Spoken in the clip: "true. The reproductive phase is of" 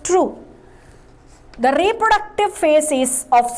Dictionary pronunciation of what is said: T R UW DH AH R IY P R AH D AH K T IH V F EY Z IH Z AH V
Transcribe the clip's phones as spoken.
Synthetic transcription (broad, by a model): T R UW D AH R IY P R AH D AH K T IH V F EY S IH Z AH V